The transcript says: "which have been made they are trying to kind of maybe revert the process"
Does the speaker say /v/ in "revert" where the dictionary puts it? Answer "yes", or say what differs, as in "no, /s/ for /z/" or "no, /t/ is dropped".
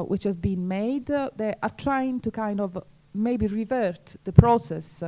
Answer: yes